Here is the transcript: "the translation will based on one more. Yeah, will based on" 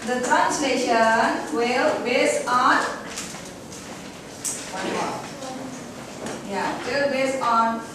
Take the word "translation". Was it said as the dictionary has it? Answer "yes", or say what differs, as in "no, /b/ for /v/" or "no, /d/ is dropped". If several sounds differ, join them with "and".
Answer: yes